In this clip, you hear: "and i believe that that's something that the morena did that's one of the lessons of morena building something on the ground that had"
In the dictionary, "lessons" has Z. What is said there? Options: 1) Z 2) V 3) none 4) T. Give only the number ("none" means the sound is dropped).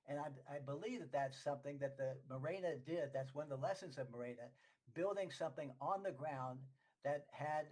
1